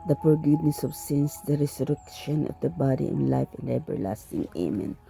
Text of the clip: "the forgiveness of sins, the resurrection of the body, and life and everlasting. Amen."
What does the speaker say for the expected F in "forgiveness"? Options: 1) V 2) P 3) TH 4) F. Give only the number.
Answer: 2